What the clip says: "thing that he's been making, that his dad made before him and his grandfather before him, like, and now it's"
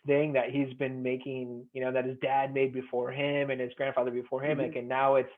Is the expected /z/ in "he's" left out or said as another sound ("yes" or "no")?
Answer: no